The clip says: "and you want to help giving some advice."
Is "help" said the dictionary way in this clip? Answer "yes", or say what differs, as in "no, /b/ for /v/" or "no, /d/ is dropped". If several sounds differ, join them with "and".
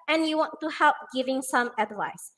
yes